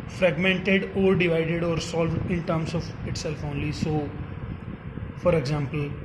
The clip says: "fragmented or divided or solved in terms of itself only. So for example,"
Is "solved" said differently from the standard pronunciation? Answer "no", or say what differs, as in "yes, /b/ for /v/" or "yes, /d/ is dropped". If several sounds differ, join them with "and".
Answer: no